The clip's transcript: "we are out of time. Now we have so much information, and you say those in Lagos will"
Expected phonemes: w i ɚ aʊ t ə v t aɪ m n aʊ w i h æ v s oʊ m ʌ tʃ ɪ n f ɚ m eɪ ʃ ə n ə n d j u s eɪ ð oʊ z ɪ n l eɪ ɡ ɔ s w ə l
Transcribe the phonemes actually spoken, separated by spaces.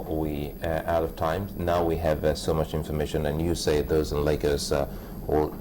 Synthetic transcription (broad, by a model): w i aʊ t ə v t aɪ m n aʊ w i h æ v s oʊ m ʌ tʃ ɪ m f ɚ m eɪ ʃ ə n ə n j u s eɪ ð oʊ z ɪ n l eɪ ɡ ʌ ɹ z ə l